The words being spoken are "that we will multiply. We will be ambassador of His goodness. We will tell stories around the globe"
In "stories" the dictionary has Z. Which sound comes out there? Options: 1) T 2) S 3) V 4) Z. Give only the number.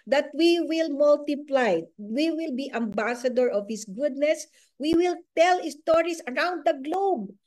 2